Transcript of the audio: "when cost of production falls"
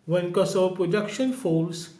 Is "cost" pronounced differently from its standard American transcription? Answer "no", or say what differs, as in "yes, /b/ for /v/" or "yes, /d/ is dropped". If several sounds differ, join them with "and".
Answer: yes, /t/ is dropped